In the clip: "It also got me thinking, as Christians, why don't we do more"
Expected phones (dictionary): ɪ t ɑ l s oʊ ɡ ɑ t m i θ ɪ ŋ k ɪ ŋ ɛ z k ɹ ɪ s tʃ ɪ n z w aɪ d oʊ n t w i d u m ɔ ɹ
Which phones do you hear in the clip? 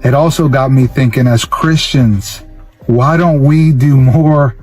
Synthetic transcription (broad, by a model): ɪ t ɑ l s oʊ ɡ ɑ t m i θ ɪ ŋ k ɪ ŋ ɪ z k ɹ ɪ s tʃ ɪ n z w aɪ d oʊ n t w i d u m ɔ ɹ